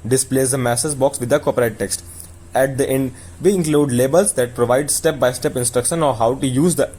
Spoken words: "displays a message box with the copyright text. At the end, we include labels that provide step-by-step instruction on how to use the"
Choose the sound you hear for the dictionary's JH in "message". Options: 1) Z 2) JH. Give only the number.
1